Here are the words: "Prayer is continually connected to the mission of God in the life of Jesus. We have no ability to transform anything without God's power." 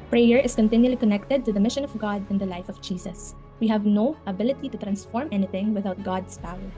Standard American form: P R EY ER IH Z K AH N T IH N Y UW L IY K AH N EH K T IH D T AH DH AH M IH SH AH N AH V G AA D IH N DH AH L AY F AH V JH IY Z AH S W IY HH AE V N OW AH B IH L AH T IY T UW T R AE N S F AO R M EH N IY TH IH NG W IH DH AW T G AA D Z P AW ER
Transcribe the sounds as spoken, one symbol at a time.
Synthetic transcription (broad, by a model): P R EY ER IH S K AH N T IH N Y UW L IY K AH N EH K T IH D T AH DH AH M IH SH AH N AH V G AA D IH N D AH L AY F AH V JH IY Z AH S W IY HH AE V N OW AH B IH L AH T IY T UW T R AE N S F AO R M EH N IY TH IH NG W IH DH AW T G AA D S P AW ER